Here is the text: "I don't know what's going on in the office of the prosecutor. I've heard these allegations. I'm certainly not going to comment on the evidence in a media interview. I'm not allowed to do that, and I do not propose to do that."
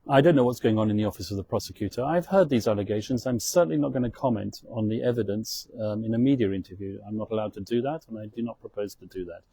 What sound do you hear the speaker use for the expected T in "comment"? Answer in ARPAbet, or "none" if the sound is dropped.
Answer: T